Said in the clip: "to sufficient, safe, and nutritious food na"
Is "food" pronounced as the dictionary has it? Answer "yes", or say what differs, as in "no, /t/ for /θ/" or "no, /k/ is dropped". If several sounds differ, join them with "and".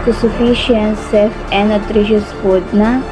no, /p/ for /f/